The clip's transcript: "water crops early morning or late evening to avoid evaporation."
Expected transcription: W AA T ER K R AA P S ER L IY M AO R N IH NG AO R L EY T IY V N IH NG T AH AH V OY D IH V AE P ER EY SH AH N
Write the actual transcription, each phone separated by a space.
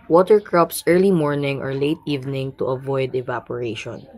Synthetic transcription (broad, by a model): W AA T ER K R AA P S ER L IY M AO R N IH NG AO R L EY T IY V N IH NG T AH AH V OY D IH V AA P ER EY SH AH N